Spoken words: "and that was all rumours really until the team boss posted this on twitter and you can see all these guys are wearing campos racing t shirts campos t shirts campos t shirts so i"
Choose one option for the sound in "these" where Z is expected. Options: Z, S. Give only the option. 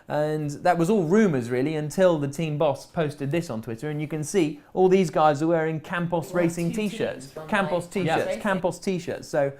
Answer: Z